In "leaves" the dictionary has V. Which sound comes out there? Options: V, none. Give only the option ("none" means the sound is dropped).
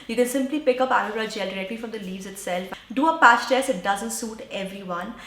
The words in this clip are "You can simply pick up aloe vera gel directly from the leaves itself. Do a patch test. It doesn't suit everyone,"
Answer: V